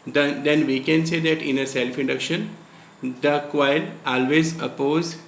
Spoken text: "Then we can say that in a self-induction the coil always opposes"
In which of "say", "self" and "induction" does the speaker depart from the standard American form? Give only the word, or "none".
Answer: none